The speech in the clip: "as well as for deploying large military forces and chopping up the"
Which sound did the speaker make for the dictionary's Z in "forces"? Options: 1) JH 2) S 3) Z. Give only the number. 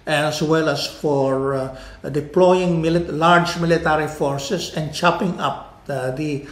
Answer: 2